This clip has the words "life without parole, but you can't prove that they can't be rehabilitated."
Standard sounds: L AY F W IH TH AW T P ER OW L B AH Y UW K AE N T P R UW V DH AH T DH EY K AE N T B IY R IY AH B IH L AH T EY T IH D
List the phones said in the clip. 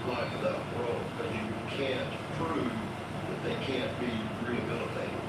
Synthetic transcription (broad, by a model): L AY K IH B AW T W ER L B AH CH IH K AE N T P R UW V DH AH T DH EY K AE N B IY R IY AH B IH L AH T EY IH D